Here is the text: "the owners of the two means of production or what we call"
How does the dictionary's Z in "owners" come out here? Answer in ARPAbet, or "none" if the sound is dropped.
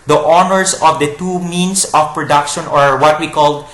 S